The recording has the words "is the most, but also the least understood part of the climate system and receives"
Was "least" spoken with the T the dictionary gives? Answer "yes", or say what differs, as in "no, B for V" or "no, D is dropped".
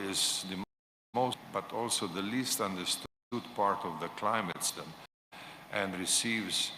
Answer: yes